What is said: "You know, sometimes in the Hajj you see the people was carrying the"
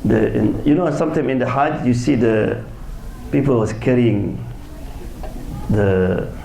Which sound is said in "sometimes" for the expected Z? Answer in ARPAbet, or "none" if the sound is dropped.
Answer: none